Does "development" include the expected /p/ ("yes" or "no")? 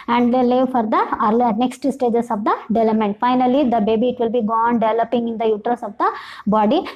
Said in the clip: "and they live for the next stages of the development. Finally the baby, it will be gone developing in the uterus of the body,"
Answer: no